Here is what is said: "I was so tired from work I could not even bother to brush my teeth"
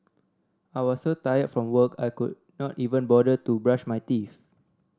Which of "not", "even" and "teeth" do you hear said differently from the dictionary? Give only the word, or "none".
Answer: teeth